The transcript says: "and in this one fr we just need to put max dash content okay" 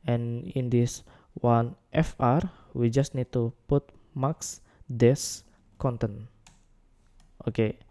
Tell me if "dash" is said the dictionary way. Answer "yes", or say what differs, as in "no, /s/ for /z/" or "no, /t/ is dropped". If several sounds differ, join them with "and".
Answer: no, /s/ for /ʃ/